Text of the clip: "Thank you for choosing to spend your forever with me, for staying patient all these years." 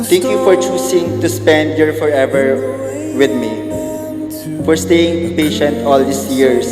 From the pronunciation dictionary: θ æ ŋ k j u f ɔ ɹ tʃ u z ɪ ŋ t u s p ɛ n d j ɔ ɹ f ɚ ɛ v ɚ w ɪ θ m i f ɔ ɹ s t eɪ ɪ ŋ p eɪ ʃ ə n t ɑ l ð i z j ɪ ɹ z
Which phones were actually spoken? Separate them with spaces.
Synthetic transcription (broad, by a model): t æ ŋ k j u f ɔ ɹ tʃ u s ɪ ŋ t u s p ɛ n d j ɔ ɹ f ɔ ɛ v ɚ w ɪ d m i f ɔ ɹ s t eɪ ɪ ŋ p eɪ ʃ ə n t ɑ l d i s j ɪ ɹ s